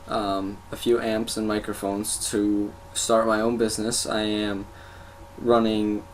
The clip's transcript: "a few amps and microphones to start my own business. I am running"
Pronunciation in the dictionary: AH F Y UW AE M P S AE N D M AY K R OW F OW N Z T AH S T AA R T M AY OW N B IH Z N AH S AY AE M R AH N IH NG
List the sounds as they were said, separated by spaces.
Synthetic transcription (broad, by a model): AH F Y UW AE M P S N M AY K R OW F OW N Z T AH S T AA R T M AY OW N B IH Z N AH S AY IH M R AH N IH NG